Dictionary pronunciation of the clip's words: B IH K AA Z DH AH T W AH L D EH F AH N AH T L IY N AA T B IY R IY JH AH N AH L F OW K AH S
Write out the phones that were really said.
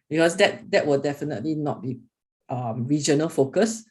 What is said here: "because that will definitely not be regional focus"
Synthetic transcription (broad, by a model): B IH K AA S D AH T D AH W D EH F AH N AH T L IY N AA T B IY R IY JH AH N AH L F OW K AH S